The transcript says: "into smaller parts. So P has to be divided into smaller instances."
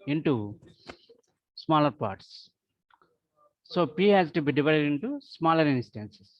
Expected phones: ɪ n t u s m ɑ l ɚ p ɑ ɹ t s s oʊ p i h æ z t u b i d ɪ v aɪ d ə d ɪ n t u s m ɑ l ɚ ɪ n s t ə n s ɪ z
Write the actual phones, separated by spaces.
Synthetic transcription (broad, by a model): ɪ n t u s m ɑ l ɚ p ɑ ɹ t s s oʊ p i h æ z t u b i d ɪ v aɪ d ə d ɪ n t u s m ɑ l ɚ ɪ n s t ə n s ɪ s